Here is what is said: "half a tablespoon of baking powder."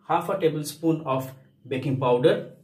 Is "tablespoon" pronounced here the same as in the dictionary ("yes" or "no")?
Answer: yes